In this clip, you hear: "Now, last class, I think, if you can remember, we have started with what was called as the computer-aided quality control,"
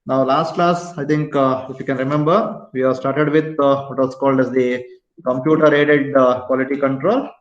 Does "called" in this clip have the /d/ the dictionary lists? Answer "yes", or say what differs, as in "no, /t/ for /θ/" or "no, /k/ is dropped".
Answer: yes